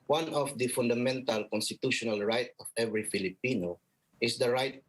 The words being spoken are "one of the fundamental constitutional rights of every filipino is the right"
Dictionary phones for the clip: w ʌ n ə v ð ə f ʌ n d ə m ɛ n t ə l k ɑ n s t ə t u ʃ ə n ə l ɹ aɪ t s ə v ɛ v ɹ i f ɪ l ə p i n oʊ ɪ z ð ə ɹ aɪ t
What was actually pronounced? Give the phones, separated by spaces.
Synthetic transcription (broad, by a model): w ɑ n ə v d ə f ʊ n d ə m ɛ n t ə l k ɑ n s t ə t u ʃ ə n ə l ɹ aɪ t ə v ɛ v ɹ i f ɪ l ə p i n oʊ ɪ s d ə ɹ aɪ t